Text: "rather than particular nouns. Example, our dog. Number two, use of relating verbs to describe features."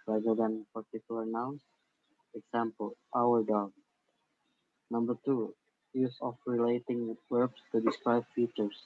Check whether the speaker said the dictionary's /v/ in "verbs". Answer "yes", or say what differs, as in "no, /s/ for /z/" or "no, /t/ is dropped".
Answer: no, /w/ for /v/